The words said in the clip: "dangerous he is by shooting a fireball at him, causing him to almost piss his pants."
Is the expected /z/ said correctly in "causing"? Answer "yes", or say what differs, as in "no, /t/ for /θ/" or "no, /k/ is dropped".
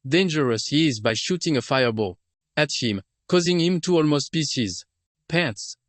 yes